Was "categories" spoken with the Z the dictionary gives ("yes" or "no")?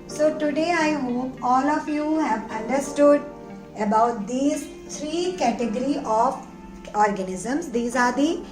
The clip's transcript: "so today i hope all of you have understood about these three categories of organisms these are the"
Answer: no